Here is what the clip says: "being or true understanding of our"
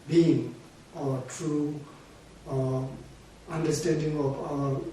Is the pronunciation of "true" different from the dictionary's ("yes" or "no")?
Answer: no